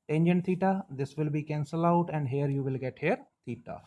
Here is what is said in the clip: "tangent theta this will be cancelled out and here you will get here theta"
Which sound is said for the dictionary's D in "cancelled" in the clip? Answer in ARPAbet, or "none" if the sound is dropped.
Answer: none